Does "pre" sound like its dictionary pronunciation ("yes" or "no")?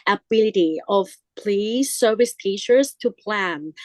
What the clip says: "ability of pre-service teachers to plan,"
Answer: no